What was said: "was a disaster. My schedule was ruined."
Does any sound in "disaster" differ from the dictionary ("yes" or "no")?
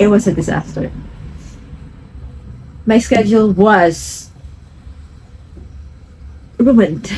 no